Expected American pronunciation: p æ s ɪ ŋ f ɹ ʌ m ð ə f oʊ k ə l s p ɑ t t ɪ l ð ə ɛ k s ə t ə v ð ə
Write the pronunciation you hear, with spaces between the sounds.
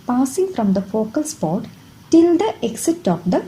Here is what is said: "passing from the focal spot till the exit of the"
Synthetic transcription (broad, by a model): p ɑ s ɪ ŋ f ɹ ʌ m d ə f oʊ k ə l s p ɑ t t ɪ l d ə ɛ k s ə t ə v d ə